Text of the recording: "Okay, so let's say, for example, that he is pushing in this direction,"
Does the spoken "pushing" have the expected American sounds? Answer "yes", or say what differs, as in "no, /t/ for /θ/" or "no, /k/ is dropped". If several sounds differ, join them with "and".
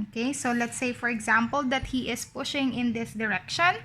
yes